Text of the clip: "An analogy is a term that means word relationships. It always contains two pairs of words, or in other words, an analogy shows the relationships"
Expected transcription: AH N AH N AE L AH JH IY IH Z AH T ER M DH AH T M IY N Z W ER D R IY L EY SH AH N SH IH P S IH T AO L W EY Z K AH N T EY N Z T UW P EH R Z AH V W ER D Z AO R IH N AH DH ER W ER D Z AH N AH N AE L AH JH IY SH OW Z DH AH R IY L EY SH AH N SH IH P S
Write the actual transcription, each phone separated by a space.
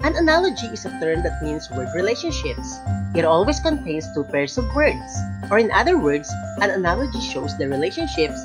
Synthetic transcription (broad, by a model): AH N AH N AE L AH JH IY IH S AH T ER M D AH T M IY N S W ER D R IY L EY SH AH N SH IH P S IH T AO L W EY S K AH N T EY N S T UW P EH R S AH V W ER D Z AO R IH N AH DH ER W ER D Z AH N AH N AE L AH JH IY SH OW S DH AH R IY L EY SH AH N SH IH P S